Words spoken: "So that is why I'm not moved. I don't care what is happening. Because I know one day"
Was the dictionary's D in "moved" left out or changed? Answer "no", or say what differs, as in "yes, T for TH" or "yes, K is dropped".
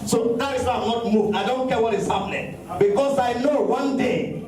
yes, D is dropped